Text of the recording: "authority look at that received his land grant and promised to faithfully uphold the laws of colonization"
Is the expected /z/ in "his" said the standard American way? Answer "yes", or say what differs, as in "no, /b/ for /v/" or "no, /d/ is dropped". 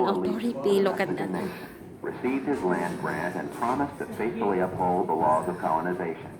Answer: yes